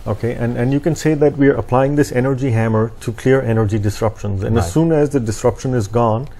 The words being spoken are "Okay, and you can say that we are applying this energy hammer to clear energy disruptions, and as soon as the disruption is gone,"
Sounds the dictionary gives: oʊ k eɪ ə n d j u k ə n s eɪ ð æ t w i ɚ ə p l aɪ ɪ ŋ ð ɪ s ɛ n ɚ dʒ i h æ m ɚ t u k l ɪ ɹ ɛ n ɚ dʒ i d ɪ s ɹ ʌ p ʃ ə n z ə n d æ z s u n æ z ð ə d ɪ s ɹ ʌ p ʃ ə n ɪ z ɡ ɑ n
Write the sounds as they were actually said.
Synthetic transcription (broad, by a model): oʊ k eɪ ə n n j u k ə n s eɪ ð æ t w i ɚ ə p l aɪ ɪ ŋ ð ɪ s ɛ n ɚ dʒ i h æ m ɚ t u k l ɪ ɹ ɛ n ɚ dʒ i d ɪ s ɹ ʌ p ʃ ə n z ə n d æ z s u n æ z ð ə d ɪ s ɹ ʌ p ʃ ə n ɪ z ɡ ɑ n